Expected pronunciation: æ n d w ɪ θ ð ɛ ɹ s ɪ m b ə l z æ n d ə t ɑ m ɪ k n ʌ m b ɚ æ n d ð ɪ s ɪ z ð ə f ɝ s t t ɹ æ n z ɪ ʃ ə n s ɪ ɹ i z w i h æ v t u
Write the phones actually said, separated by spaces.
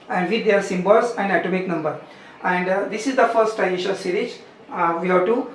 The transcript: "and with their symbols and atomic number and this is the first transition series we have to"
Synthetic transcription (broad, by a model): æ n d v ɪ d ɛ ɹ s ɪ m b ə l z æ n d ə t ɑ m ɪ k n ʌ m b ɚ æ n d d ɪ s ɪ z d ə f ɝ s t t æ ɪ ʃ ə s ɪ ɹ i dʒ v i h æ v t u